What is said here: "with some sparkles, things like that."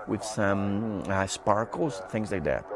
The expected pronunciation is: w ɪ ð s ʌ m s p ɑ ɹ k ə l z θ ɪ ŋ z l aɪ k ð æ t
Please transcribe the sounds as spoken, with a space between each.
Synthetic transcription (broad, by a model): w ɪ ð s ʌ m s p ɑ ɹ k l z θ ɪ ŋ z l aɪ k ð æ t